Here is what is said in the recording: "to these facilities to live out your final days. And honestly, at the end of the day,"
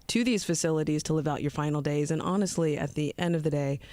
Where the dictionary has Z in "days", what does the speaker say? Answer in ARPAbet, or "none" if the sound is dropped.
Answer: Z